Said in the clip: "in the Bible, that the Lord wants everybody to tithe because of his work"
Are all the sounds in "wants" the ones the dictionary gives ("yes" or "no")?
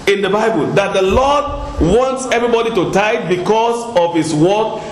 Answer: yes